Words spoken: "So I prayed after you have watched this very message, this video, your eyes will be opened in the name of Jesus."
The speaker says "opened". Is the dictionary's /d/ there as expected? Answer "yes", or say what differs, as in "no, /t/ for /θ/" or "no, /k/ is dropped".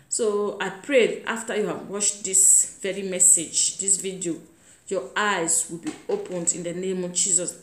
yes